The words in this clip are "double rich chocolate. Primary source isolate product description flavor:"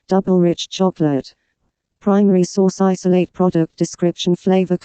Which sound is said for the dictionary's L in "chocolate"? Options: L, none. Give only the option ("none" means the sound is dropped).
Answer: L